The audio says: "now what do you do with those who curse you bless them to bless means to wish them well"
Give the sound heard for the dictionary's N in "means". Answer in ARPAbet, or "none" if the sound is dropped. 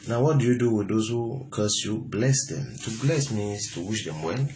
none